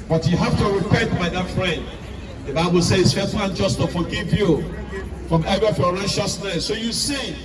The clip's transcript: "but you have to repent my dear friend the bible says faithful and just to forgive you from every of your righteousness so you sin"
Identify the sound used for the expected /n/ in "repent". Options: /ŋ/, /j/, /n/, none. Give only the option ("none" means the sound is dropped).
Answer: none